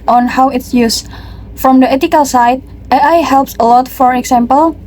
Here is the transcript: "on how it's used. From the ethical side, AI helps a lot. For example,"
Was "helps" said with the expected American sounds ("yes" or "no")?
yes